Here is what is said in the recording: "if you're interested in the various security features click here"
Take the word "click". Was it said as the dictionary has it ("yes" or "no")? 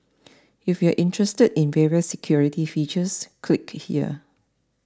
yes